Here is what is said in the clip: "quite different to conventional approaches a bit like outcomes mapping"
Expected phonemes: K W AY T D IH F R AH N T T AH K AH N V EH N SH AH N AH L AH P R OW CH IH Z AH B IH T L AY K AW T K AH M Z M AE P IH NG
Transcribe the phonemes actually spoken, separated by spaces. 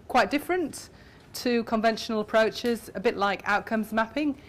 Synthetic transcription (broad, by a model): K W AY T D IH F R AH N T T AH K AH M V EH N SH AH N AH L AH P R OW CH IH Z AH B IH T L AY K AW T K AH M Z M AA P IH NG